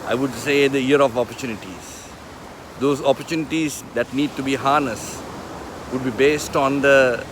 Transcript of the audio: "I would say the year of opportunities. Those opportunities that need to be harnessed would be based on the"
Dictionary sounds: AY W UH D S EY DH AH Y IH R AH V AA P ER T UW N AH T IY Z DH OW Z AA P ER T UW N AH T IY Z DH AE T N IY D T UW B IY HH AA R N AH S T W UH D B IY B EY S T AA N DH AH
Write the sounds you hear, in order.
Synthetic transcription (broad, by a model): AY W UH D S EY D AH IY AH R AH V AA P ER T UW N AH T IY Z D OW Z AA P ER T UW N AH T IY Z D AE T N IY D T UW B IY HH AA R N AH S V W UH D B IY B EY S T AA N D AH